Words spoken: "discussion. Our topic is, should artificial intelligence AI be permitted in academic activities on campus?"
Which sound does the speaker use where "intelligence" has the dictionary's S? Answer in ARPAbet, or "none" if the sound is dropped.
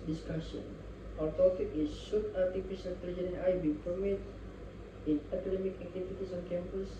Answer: none